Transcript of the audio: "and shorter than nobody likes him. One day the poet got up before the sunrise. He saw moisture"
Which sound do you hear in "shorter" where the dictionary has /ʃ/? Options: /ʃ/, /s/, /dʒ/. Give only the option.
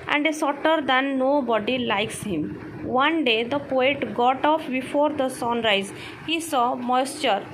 /s/